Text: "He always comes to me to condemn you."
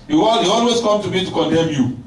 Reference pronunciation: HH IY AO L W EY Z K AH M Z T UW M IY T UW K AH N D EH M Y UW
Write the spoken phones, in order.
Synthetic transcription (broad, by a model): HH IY AO L W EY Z K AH M T UW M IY T UW K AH N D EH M Y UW